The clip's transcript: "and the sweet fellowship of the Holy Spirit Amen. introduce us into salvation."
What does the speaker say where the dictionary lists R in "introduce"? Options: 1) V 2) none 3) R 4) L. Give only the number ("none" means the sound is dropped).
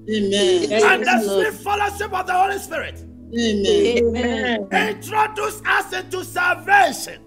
3